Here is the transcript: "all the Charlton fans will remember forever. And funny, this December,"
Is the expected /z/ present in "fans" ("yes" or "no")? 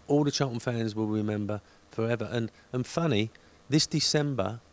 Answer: yes